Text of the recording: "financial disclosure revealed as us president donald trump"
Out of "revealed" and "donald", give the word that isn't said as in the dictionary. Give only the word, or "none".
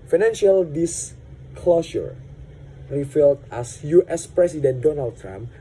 revealed